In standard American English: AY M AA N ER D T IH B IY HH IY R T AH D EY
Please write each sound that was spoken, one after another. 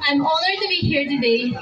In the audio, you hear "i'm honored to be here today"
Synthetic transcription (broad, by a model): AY M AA L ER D T IH B IY HH IY R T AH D EY